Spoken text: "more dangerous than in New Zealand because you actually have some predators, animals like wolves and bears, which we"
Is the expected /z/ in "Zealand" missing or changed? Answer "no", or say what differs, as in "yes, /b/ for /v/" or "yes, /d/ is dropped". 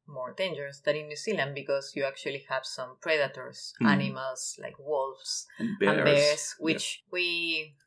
yes, /s/ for /z/